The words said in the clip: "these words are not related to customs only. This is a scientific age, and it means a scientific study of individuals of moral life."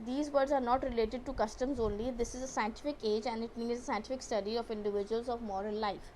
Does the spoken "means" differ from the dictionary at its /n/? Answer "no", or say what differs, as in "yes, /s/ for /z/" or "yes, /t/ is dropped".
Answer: yes, /n/ is dropped